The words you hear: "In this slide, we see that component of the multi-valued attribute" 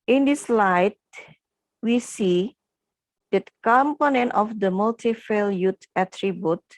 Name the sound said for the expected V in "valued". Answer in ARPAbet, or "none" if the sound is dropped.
F